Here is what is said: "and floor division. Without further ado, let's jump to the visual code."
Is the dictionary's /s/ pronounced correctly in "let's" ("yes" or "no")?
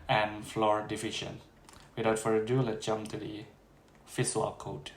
no